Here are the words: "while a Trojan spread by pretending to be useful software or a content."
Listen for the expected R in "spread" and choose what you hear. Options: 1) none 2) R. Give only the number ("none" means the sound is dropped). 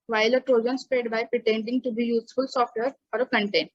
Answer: 2